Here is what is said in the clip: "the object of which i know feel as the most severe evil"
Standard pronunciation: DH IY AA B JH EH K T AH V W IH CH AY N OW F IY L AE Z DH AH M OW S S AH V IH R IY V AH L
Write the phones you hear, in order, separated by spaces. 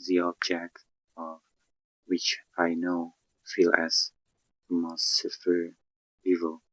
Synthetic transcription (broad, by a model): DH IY AA B JH EH K T AH V W IH CH AY N OW F IY L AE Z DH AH M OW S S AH F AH R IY V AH L